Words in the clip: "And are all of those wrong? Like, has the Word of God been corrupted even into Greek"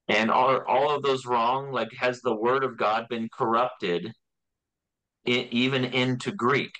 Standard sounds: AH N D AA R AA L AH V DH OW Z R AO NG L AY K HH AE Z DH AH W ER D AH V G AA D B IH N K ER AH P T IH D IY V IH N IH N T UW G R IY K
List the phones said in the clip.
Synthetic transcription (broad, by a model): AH N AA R AA L AH V DH OW Z R AO NG L AY K HH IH Z DH AH W ER D AH V G AA D B IH N K ER AH P T IH D IY V IH N IH N T UW G R IY K